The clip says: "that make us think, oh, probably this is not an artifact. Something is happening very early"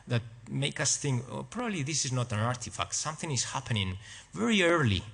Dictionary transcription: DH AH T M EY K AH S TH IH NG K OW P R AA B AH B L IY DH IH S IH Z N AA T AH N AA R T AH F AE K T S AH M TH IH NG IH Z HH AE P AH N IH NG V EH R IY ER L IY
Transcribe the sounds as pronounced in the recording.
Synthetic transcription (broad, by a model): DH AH T M EY K AH S TH IH NG K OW P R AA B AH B L IY DH IH S IH Z N AA T AH N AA R T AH F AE K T S AH M TH IH NG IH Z HH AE P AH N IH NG V EH R IY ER L IY